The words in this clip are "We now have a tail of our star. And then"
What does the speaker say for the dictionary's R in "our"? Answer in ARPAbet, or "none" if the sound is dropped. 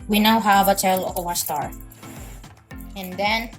W